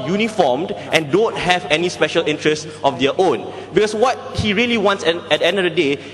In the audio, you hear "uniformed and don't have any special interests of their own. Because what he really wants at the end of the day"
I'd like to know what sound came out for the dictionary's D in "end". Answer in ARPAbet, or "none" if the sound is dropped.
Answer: D